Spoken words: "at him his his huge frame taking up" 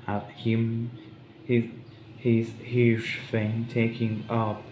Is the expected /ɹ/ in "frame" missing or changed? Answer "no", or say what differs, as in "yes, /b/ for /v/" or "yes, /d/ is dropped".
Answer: yes, /ɹ/ is dropped